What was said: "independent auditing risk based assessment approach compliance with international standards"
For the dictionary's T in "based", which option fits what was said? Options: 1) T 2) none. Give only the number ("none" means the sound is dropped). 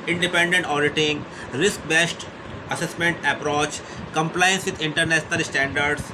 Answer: 1